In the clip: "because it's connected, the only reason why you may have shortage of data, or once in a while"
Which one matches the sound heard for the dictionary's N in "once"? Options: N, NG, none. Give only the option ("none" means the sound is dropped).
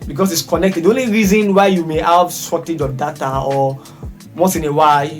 none